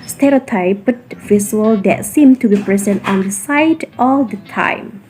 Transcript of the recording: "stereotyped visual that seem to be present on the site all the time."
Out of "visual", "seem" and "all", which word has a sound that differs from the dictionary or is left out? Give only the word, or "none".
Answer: visual